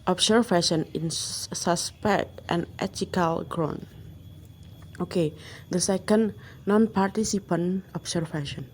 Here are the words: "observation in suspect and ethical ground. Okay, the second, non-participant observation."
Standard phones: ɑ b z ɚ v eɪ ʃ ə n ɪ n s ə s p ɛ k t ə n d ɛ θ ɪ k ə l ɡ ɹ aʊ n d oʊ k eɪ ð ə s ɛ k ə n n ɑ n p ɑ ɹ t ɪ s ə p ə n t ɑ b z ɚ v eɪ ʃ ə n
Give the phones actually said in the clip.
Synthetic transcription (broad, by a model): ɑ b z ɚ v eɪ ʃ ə n ɪ n s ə s p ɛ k t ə n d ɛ t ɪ k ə l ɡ ɹ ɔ n oʊ k eɪ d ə s ɛ k ə n n ɑ n p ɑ ɹ t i s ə p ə n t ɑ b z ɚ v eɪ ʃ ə n